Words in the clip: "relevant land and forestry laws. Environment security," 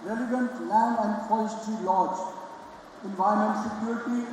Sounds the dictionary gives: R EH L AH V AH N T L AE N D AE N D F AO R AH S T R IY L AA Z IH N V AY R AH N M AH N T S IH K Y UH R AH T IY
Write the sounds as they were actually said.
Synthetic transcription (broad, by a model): R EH L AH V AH N T L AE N AE N D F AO AH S T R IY L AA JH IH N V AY AH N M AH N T S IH K Y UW R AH T IY